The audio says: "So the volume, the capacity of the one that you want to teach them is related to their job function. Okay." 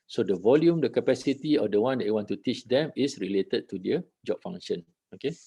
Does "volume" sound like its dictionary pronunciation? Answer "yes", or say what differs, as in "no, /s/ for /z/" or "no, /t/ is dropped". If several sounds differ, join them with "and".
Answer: yes